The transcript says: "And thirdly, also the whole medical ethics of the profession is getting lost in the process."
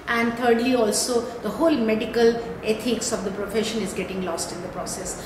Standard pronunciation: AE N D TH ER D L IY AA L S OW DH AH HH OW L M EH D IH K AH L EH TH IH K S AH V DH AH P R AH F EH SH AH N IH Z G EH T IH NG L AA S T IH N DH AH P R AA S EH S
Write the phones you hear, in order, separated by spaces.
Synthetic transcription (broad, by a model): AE N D T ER D L IY AA L S OW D AH HH OW L M EH D IH K AH L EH T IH K S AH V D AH P R AH F EH SH AH N IH Z G EH T IH NG L AA S T IH N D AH P R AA S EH S